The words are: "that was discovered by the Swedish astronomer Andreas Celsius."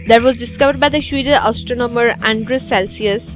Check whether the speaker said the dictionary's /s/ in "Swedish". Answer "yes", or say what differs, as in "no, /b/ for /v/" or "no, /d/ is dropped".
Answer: no, /ʃ/ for /s/